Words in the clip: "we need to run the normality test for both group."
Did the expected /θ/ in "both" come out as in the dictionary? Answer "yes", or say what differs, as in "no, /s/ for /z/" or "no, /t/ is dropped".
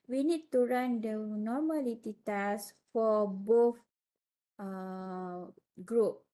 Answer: no, /f/ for /θ/